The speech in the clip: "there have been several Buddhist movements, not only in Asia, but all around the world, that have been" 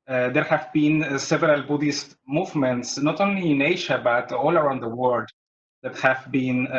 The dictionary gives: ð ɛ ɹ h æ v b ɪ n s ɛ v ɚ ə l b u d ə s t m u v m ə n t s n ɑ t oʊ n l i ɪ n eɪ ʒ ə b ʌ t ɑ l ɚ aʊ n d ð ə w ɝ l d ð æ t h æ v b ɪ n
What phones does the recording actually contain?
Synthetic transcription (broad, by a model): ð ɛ ɹ h æ v b ɪ n s ɛ v ɚ ə l b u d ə s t m u v m ə n t s n ɑ t oʊ n l i ɪ n eɪ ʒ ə b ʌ t ɑ l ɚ aʊ n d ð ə w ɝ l d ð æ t h æ v b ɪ n